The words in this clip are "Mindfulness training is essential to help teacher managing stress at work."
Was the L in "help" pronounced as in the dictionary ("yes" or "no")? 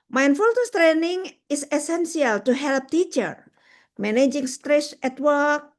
yes